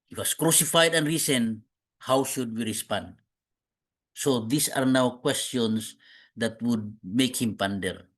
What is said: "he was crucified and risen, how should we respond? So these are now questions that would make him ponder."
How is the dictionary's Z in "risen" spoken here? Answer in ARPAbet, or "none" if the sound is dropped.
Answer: S